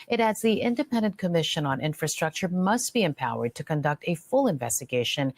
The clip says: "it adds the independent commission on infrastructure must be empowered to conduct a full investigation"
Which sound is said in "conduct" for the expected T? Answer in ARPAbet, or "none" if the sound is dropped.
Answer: T